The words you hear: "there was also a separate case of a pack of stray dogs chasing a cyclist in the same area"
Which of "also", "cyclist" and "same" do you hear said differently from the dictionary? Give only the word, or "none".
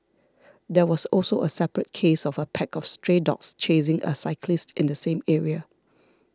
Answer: none